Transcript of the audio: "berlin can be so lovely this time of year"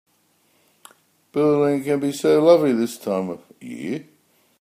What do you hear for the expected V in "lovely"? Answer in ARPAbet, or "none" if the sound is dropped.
V